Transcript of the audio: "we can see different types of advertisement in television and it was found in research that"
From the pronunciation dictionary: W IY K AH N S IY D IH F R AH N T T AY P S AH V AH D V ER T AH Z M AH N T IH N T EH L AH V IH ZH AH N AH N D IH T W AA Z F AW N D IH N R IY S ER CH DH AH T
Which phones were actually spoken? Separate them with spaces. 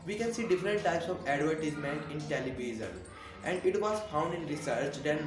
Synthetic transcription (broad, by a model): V IY K AH N S IY D IH F R AH N T T AY P S AH V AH D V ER T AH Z M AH N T IH N T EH L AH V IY Z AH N AH N D IH T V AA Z F AW N D IH N R IY S ER CH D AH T